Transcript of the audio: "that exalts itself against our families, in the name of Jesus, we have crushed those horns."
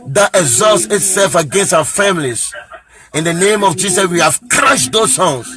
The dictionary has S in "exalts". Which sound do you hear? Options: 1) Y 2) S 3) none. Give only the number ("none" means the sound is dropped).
2